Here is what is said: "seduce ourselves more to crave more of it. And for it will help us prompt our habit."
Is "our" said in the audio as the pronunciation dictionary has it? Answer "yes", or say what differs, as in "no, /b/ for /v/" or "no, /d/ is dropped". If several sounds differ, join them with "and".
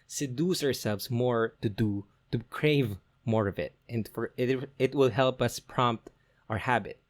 yes